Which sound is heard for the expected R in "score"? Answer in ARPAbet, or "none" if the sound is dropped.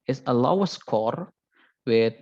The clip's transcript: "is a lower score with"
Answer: R